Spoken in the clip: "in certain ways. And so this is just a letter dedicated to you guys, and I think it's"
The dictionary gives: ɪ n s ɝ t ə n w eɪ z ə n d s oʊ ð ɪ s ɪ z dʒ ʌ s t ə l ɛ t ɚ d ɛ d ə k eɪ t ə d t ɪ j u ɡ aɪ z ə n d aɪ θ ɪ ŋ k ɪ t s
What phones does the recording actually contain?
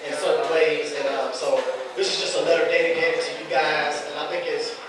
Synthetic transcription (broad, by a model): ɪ n s ɝ t n w eɪ z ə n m s oʊ ð ɪ s ɪ z dʒ ʌ s t ə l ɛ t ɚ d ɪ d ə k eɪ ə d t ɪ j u ɡ aɪ z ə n aɪ θ ɪ ŋ k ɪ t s